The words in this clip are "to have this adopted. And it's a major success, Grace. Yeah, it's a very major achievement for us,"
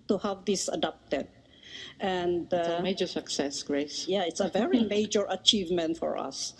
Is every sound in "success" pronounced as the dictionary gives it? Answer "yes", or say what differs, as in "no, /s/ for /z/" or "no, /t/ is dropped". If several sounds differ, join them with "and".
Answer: yes